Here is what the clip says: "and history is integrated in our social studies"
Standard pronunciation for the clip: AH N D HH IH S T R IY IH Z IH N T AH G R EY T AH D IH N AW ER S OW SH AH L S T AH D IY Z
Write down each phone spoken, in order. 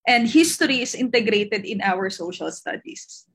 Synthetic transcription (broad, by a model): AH N D HH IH S T R IY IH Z IH N T AH G R EY T AH D IH N AW ER S OW SH AH L S T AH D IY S